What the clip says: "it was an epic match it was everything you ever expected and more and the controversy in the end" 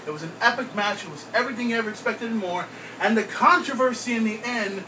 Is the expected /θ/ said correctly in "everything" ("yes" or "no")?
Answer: yes